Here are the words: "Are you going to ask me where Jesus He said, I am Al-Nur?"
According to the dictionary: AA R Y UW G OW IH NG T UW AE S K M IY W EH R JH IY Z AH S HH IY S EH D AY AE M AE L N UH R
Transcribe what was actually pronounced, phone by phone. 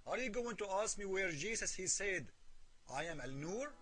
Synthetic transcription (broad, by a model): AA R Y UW G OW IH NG T UW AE S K M IY W EH R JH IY S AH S HH IY S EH D AY AE M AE L N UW R